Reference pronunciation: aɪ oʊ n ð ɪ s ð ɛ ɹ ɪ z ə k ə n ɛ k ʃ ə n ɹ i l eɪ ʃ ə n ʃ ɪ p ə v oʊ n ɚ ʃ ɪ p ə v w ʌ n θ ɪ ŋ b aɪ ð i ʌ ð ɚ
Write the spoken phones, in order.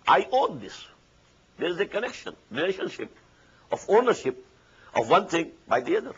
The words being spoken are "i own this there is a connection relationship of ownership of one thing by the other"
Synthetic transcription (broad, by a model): aɪ oʊ n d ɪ s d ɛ ɹ ɪ z ə k ə n ɛ k ʃ ə n ɹ i l eɪ ʃ ə n ʃ ɪ p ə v oʊ n ɚ ʃ ɪ p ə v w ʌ n t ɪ ŋ b aɪ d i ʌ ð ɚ